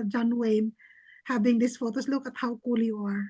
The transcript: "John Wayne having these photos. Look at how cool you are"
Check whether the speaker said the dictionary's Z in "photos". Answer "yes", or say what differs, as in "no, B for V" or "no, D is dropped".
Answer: no, S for Z